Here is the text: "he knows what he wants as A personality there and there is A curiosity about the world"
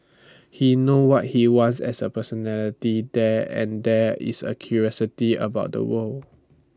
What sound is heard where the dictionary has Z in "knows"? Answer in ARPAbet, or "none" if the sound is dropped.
none